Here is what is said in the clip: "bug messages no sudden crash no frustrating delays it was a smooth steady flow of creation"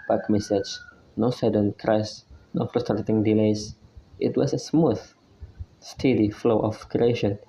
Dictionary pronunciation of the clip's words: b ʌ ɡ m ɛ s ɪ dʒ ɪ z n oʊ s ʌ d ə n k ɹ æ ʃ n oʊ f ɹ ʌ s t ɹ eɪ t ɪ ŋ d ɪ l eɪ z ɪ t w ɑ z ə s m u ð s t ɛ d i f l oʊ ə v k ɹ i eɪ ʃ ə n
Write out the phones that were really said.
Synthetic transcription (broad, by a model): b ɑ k m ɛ s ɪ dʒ n oʊ s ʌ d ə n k ɹ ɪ s n oʊ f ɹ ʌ s t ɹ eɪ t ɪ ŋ d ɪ l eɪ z ɪ t w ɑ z ə s m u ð s t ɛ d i f l oʊ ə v k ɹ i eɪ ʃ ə n